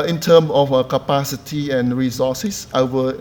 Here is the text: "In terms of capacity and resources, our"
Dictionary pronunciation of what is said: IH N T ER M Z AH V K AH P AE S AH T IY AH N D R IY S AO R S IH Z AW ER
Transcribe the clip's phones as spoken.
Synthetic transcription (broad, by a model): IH N T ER M AH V K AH P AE S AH T IY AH N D R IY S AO S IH S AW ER